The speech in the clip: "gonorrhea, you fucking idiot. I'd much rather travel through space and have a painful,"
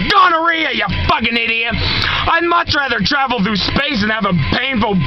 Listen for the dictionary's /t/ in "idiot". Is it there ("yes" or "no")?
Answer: no